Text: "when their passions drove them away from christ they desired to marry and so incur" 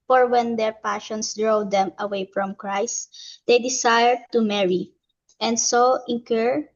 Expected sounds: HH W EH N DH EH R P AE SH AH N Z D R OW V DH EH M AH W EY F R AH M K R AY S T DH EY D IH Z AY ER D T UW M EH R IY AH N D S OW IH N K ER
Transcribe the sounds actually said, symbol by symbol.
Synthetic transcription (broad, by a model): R W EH N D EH R P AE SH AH N S D R OW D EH M AH W EY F R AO M K R AY S T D EY D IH S AY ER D T UW M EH R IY AH N D S OW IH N K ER